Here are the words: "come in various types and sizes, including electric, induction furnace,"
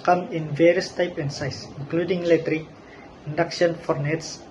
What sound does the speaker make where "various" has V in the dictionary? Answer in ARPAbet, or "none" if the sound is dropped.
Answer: V